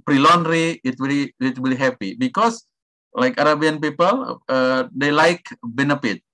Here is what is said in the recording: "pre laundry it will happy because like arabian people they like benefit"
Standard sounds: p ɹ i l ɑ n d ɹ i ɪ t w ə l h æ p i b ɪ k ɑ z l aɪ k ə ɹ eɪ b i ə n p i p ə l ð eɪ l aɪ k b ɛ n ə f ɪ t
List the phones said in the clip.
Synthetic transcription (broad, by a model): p ɹ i l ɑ n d w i ɪ t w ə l h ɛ p i b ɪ k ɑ s l aɪ k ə ɹ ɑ b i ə n p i p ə l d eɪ l aɪ k b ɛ n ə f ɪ t